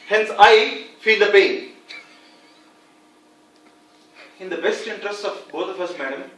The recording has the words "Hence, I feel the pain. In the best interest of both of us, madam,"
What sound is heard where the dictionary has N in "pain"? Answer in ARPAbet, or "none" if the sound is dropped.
none